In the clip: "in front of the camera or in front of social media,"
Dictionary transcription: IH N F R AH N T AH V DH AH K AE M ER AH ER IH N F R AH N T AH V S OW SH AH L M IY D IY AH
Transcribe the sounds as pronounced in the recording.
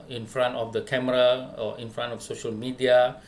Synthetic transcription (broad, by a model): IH N F R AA N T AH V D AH K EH M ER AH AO IH N F R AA N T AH F S OW SH AH L M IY D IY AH